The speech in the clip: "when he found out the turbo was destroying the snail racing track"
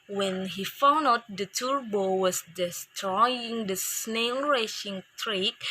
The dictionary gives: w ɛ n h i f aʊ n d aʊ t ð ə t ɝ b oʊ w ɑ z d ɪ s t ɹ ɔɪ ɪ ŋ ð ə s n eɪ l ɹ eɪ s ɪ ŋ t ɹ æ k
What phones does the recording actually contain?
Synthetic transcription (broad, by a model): w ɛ n h i f aʊ n d aʊ t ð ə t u b oʊ w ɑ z d ɪ s t ɹ ɔɪ ɪ ŋ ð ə s n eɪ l ɹ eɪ ʃ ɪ ŋ t ɹ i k